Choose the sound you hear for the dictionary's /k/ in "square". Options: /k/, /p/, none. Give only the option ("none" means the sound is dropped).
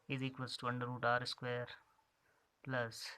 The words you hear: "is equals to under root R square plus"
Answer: /k/